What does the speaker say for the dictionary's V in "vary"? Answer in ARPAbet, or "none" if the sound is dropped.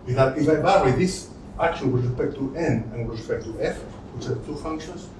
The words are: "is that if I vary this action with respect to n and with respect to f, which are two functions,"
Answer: B